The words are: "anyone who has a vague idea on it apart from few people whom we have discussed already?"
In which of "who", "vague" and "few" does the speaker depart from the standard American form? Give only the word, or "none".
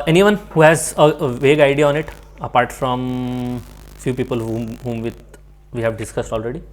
none